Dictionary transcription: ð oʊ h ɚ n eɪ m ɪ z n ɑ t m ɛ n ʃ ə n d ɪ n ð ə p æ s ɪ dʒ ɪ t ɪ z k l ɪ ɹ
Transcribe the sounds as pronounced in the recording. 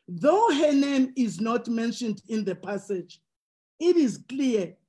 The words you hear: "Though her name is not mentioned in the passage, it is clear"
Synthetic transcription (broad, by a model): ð oʊ h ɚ n eɪ m ɪ z n ɑ t m ɛ n ʃ ə n d ɪ n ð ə p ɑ s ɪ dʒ ɪ t ɪ z k l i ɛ